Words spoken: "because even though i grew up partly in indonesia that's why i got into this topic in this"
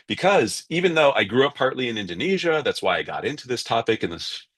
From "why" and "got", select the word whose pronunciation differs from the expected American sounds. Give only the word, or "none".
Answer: none